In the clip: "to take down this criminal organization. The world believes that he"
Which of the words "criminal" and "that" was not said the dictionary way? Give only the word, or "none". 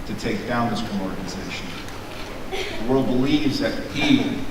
criminal